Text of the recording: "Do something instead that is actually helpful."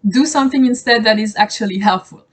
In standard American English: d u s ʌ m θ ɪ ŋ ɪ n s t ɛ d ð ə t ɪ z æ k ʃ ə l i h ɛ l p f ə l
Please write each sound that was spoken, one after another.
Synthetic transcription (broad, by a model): d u s ʌ m θ ɪ ŋ ɪ n s t ɛ d ð ə t ɪ z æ k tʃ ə l i h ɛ l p f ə l